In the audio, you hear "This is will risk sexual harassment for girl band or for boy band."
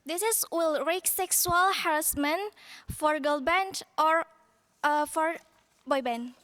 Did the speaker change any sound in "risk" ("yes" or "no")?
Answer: yes